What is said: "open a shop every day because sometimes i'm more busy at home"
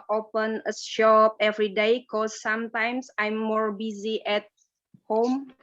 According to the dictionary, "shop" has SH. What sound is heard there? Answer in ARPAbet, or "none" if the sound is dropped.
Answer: SH